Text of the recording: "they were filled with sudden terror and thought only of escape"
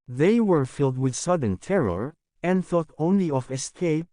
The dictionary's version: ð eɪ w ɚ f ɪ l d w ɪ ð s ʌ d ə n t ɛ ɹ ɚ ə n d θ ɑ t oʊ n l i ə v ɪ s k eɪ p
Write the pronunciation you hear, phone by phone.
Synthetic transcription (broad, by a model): ð eɪ w ɚ f ɪ l d w ɪ ð s ʌ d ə n t ɛ ɹ ɚ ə n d θ ɑ t oʊ n l i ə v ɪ s k eɪ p